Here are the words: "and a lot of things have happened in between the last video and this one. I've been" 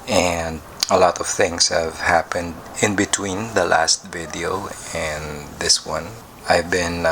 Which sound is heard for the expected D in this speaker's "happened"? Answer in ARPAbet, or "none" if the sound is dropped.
D